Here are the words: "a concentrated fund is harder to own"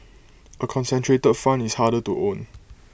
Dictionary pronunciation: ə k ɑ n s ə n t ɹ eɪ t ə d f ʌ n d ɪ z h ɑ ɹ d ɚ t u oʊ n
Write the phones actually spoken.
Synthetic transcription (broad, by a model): ə k ɑ n s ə n t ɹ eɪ t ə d f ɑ n ɪ s h ɑ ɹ d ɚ t u oʊ n